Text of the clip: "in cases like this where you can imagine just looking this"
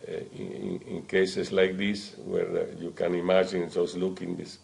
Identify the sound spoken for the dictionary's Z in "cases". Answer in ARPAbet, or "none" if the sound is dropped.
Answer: S